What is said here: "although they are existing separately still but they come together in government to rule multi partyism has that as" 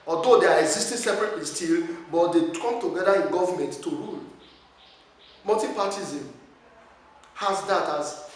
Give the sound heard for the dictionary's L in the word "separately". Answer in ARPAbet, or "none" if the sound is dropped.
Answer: none